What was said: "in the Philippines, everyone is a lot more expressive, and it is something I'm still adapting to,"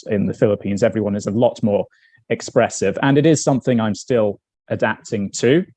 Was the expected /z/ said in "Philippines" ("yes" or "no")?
yes